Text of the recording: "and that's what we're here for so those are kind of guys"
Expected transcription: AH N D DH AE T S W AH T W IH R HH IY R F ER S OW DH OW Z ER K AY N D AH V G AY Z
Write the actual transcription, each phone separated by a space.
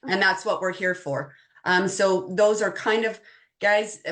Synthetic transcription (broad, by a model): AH N DH AE T S W AH T W IH R HH IY R F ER S OW DH OW Z ER K AY N D AH V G AY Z